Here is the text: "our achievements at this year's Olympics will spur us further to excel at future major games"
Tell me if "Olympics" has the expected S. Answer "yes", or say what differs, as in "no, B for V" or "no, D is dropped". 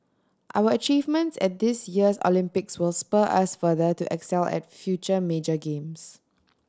yes